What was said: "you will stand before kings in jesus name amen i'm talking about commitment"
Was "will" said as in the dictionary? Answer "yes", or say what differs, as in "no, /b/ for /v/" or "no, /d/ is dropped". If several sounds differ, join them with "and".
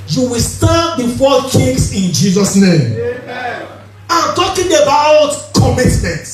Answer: yes